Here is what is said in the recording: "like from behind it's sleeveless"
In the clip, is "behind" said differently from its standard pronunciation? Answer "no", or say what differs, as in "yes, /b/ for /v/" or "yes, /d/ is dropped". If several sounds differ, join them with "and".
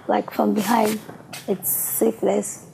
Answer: no